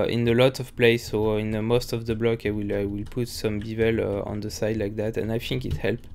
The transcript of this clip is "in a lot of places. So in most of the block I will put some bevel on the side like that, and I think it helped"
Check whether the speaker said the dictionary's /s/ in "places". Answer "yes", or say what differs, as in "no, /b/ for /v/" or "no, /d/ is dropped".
no, /s/ is dropped